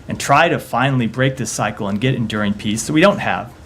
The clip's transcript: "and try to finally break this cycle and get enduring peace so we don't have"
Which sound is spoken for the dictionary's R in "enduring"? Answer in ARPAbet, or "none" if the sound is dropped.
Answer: R